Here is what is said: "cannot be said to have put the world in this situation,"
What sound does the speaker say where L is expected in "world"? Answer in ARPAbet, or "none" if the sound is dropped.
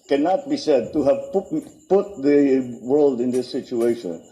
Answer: L